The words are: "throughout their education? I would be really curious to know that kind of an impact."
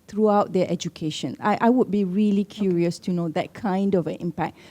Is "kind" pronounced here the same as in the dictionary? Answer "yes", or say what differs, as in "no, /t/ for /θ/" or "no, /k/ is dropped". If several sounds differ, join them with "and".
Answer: yes